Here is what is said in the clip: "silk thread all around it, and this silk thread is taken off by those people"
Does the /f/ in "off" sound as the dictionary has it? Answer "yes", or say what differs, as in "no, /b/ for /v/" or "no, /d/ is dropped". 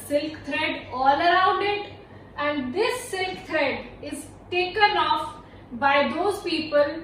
yes